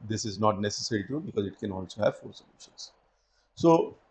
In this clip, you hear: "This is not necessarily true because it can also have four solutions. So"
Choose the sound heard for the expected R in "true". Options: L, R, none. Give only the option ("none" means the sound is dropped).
none